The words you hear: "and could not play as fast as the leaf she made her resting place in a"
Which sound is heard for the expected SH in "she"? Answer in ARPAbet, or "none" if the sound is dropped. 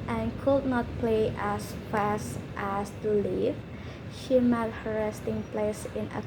SH